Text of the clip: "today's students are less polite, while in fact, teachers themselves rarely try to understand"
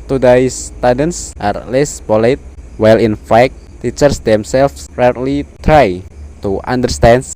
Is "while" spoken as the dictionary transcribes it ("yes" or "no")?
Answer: yes